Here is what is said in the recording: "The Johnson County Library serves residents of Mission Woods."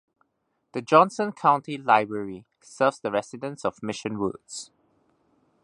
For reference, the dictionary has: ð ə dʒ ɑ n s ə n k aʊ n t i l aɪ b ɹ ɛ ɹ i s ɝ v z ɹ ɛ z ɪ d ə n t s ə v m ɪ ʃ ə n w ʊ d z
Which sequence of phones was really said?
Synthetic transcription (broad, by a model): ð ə dʒ ɑ n s ə n k aʊ n t i l aɪ b ɹ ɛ ɹ i s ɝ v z ɹ ɛ s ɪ d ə n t s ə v m ɪ ʃ ə n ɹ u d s